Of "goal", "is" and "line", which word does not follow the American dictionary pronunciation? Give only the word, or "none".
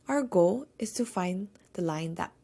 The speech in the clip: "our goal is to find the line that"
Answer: is